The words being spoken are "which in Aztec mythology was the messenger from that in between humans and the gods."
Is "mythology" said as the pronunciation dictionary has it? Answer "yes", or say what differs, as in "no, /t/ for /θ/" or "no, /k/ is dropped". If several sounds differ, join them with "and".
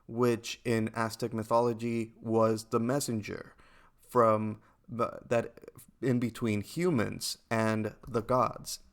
yes